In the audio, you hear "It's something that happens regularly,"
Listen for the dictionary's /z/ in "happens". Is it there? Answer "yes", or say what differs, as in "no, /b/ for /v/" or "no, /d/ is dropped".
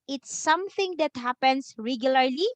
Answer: no, /s/ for /z/